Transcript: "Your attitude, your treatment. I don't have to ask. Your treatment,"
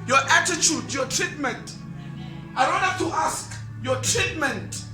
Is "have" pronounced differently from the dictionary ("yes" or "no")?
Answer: yes